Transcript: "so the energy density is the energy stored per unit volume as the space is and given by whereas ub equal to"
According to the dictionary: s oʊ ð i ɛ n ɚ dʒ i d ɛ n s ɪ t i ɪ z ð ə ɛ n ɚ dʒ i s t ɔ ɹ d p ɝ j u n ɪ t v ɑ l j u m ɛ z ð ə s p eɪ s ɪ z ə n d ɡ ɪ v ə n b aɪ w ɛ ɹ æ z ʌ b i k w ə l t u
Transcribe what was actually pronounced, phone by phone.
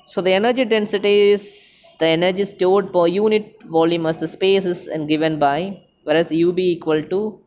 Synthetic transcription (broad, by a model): s oʊ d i ɛ n ɚ dʒ i d ɛ n s ɪ t i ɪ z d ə ɛ n ɚ dʒ i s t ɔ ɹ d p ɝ j u n ɪ t v ɑ l j u m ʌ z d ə s p eɪ s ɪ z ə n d ɡ ɪ v ə n b aɪ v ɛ ɹ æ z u b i k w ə l t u